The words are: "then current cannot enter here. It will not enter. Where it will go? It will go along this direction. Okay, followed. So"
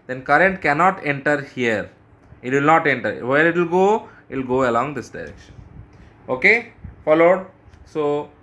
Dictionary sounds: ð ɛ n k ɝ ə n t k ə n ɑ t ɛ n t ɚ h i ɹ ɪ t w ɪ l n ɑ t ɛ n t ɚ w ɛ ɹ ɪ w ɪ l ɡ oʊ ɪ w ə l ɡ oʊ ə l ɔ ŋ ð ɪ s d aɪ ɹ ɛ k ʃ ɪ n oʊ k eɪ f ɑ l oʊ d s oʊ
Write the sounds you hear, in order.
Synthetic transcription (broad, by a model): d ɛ n k ɝ ə n t k ə n ɑ t ɛ n t ɚ h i ɹ ɪ t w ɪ l n ɑ t ɛ n t ɚ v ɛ ɹ ɪ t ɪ l ɡ oʊ ɪ l ɡ oʊ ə l ɔ ŋ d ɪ s d aɪ ɹ ɛ k ʃ ɪ n oʊ k eɪ f ɑ l oʊ d s oʊ